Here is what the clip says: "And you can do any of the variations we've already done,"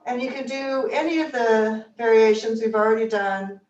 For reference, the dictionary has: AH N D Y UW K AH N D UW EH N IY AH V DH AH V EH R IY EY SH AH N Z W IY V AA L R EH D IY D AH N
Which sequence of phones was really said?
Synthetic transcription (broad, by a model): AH N Y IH K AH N D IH EH N IY AH V DH AH V EH R IY EY SH AH N Z W IY V L R EH D IY D AH N